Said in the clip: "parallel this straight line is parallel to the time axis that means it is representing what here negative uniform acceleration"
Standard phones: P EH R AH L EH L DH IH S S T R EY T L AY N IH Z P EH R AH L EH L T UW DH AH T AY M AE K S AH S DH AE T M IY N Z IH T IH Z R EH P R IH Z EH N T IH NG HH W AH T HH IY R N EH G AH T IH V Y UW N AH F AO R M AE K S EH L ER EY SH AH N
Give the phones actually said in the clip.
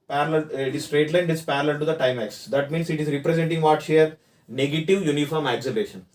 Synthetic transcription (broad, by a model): P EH R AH L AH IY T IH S S T R EY T L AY N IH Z P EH R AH L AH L T UW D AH T AY M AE K S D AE T M IY N S IH T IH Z R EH P R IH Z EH N T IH NG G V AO T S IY R N EH G AH T IH V Y UW N AH F AO R M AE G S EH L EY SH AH N